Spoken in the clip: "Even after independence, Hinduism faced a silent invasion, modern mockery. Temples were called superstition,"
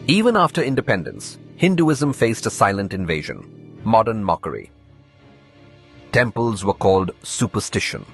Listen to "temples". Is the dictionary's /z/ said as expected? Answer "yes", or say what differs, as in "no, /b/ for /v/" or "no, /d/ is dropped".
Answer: yes